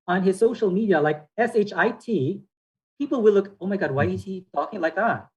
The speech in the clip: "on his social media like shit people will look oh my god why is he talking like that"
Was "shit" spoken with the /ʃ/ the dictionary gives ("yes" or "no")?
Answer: no